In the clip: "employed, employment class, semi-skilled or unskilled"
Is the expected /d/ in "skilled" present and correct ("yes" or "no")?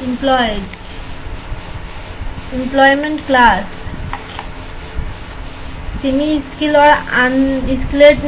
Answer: no